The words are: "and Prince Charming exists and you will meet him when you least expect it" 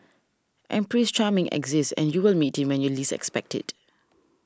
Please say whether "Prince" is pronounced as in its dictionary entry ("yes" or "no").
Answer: no